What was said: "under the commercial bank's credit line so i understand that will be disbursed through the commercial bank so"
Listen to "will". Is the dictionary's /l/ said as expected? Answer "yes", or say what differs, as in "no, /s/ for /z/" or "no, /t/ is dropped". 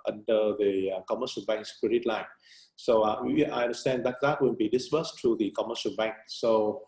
no, /n/ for /l/